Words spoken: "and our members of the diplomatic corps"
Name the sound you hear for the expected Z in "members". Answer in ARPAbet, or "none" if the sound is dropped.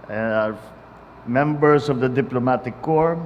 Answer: S